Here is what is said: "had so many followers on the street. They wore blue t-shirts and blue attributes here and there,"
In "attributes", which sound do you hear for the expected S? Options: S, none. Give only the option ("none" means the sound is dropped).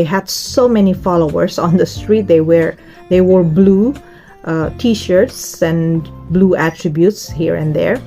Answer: S